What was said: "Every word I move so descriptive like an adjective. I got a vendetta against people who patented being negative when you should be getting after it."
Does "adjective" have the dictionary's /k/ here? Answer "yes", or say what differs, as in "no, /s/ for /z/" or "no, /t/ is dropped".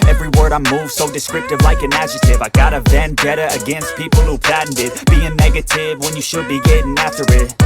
no, /k/ is dropped